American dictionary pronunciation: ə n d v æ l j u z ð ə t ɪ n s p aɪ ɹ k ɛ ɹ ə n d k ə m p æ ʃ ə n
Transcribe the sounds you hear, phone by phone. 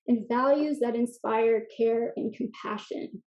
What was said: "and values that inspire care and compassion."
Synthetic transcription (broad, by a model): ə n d v æ l j u z ð ə t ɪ n s p aɪ ɹ k ɛ ɹ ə n k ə m p æ ʃ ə n